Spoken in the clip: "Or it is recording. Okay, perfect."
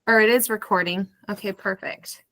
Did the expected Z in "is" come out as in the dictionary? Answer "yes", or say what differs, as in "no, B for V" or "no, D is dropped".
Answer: yes